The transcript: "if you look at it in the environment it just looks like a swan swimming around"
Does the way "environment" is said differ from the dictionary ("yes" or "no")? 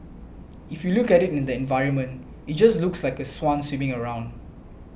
no